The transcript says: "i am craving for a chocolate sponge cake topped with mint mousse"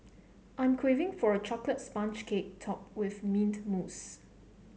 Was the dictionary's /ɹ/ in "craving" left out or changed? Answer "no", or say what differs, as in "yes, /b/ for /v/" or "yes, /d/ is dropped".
yes, /w/ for /ɹ/